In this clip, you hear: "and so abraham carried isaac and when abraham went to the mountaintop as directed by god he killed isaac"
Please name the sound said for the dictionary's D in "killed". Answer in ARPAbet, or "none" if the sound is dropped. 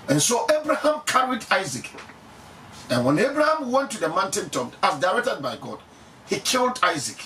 D